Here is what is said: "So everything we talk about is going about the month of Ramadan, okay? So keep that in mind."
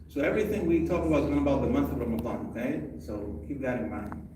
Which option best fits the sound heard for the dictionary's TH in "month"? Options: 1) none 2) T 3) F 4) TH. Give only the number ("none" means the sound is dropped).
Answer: 4